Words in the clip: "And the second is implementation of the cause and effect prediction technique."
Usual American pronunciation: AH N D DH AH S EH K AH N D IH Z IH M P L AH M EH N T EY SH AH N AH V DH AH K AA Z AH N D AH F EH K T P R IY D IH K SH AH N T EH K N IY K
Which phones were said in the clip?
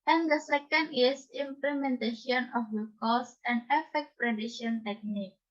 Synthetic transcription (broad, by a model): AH N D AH S EH K AH N D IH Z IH M P L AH M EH N T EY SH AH N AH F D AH K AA S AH N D AH F EH K T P R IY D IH SH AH N T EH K N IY K